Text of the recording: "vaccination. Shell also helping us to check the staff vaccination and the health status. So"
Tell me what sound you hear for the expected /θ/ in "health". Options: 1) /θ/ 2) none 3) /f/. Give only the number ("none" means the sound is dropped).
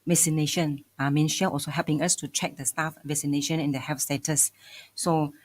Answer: 3